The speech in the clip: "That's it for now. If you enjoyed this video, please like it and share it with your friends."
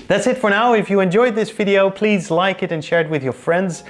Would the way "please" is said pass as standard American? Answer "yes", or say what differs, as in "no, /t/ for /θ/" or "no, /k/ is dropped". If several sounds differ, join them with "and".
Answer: yes